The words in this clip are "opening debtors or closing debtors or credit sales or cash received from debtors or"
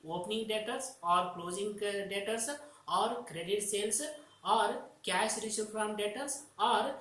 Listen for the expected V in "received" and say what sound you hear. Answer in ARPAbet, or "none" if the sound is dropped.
none